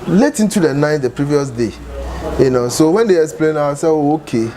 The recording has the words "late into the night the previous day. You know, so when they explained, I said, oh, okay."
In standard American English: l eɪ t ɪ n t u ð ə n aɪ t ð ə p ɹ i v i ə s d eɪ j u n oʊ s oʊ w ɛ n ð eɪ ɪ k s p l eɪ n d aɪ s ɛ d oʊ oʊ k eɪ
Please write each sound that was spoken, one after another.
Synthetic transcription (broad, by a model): l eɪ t ɪ n t u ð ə n aɪ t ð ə p ɹ i v i ə s d eɪ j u n oʊ s oʊ w ɛ n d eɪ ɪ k s p l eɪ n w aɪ s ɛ oʊ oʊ k eɪ